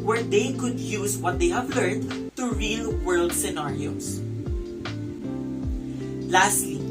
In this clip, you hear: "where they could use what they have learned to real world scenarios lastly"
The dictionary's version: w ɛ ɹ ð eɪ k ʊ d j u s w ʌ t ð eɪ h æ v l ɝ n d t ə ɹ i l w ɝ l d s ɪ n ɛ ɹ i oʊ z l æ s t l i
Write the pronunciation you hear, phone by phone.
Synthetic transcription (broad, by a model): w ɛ ɹ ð eɪ k ʊ d j u s w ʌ t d eɪ h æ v l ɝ n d t ə ɹ i l w ɝ l d s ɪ n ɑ ɹ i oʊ s l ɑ s t l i